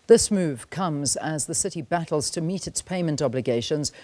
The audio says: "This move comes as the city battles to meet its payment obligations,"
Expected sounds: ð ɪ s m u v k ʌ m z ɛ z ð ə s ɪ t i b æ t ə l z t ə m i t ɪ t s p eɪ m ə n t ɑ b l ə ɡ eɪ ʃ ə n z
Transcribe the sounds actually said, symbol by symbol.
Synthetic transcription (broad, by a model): ð ɪ s m u v k ʌ m z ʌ z ð ə s ɪ t i b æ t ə l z t ə m i t ɪ t s p eɪ m ə n t ɑ b l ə ɡ eɪ ʃ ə n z